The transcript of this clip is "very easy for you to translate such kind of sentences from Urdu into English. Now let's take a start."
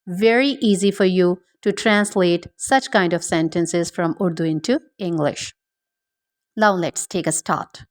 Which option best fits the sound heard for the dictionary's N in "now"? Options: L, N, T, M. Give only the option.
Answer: L